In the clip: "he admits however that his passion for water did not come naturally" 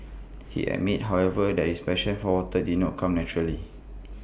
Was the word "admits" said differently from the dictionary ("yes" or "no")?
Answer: yes